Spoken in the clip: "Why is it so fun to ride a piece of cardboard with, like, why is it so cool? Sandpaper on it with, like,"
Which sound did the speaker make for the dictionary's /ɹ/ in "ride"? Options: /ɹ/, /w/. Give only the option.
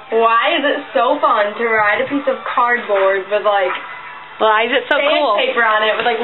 /ɹ/